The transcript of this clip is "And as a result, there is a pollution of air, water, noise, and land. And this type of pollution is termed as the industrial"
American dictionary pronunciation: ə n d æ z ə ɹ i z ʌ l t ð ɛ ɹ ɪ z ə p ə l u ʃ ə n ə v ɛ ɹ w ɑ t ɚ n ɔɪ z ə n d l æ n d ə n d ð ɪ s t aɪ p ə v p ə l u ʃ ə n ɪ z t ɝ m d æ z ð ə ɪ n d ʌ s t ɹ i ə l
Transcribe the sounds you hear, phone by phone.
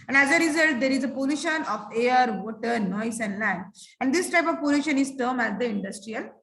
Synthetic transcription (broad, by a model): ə n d æ z ə ɹ i z ʌ l t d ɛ ɹ ɪ z ə p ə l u ʃ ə n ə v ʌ ɹ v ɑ t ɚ n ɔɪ s ə n d l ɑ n ə n d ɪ s t aɪ p ə v p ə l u ʃ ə n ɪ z t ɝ m æ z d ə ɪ n d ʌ s t ɹ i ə l